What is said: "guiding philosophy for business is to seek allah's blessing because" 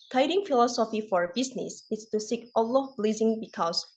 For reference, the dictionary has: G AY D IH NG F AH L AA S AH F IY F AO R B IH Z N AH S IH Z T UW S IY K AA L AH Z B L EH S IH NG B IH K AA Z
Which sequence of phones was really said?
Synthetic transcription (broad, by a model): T AY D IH NG F AH L AA S AH F IY F AO R B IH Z N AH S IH S T UW S IY K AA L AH B L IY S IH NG B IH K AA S